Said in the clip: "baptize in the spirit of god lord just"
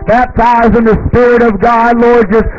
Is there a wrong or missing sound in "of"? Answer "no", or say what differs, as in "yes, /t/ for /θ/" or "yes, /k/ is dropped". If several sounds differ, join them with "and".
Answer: no